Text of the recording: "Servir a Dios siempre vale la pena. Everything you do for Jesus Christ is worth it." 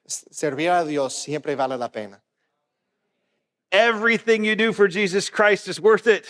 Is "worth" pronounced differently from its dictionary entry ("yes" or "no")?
no